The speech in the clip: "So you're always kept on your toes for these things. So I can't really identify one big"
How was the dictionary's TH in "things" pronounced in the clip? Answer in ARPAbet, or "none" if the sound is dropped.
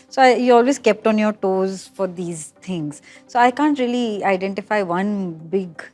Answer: T